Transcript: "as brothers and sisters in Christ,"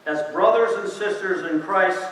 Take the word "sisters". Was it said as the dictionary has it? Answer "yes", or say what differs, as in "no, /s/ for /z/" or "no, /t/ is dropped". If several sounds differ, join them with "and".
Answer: yes